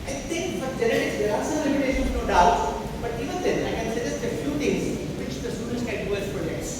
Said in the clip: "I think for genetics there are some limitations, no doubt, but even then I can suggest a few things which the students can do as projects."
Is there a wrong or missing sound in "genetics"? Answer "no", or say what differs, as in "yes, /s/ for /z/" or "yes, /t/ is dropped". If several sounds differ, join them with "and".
yes, /k/ is dropped